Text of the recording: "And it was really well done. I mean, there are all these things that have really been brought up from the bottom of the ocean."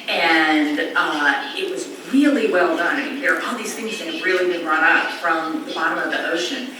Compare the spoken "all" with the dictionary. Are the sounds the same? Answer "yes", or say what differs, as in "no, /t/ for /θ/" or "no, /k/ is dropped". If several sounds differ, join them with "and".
no, /n/ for /l/